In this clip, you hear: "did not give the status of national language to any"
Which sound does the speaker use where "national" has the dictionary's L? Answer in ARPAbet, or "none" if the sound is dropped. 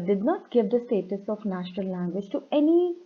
L